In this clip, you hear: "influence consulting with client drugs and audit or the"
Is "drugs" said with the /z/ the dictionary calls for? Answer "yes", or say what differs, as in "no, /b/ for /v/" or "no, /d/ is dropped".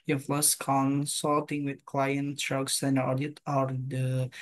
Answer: no, /s/ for /z/